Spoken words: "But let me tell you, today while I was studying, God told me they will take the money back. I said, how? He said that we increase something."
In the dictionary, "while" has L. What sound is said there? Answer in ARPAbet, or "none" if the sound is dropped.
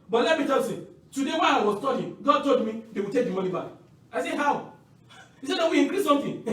N